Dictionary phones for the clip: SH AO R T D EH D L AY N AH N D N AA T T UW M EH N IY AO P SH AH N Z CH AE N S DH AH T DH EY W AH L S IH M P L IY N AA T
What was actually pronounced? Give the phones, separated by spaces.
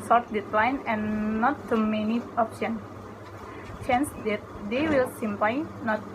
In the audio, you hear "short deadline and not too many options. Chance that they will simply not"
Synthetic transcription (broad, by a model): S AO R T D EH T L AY N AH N N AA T T UW M EH N IY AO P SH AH N CH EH N S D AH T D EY W AH L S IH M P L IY N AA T